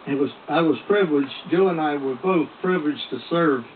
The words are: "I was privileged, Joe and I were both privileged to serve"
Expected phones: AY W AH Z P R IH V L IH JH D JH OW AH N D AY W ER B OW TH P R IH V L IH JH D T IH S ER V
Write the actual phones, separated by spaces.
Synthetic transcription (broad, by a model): AY W AH Z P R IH V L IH JH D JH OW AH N AY W ER B OW TH P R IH V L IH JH T IH S ER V